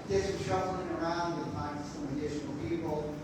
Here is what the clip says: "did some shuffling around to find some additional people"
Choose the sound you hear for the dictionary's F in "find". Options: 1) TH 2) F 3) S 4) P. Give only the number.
4